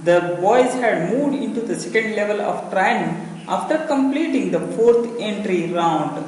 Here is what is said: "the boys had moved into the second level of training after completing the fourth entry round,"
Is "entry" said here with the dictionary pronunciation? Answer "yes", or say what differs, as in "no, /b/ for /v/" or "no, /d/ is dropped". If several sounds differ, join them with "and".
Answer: yes